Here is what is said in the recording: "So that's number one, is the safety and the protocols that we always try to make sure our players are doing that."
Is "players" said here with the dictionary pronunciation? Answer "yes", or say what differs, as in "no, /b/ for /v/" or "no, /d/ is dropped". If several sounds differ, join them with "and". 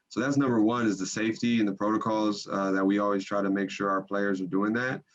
yes